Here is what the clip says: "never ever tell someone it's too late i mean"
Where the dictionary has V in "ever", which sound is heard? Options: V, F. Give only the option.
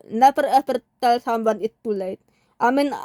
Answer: F